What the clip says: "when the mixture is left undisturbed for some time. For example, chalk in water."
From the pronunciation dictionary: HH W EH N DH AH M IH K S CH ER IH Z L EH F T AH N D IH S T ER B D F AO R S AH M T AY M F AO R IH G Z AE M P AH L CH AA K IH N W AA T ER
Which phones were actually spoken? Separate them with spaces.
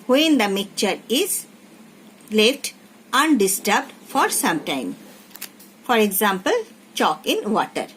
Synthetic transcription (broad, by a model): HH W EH N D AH M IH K CH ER IH Z L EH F T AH N D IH S T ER B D F AO R S AH M T AY M F AO R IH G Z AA M P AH L CH AA K IH N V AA T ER